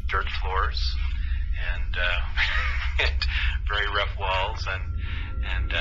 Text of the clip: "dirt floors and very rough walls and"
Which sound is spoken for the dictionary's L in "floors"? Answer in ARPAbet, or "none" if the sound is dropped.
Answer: L